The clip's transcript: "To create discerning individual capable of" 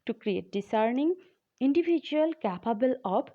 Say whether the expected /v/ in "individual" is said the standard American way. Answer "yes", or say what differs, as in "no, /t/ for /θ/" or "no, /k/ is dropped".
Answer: no, /b/ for /v/